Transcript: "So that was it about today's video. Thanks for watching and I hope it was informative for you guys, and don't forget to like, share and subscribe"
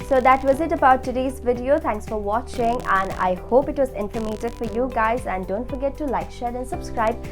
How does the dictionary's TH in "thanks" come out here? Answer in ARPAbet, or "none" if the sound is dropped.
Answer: T